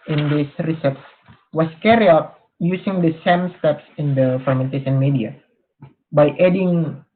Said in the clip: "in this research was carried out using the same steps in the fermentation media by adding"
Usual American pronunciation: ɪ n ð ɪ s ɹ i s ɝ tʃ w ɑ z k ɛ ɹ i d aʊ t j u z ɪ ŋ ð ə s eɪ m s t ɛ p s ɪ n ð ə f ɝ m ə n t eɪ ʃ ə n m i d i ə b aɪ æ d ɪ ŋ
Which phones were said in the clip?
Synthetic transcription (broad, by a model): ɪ n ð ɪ s ɹ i s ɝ s w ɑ s k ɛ ɹ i aʊ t j u s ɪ ŋ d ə s eɪ m s t ɛ p s ɪ n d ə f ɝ m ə n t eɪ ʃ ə n m i d i ə b aɪ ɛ d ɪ ŋ